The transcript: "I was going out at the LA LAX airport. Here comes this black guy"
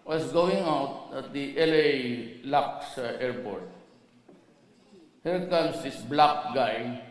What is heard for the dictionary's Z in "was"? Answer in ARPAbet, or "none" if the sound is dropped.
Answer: S